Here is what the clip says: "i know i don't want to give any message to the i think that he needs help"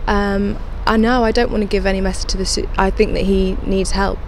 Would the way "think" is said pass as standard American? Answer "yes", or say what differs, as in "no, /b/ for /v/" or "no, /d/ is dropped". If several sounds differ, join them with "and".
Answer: yes